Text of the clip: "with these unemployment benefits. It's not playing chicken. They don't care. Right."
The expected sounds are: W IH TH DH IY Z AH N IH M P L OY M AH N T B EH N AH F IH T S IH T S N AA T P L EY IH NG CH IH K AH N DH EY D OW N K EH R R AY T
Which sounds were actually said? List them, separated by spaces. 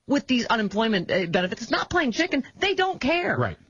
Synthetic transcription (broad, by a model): W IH DH IY Z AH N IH M P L OY M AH N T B EH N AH F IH T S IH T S N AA T P L EY IH NG CH IH K AH N DH EY D OW N K EH R R AY T